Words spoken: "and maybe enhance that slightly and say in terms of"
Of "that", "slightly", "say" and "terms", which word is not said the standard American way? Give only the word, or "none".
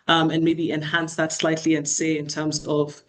none